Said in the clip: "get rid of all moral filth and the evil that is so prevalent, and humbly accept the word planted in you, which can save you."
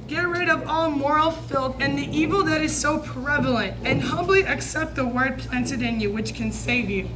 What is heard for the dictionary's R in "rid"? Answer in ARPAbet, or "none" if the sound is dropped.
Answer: R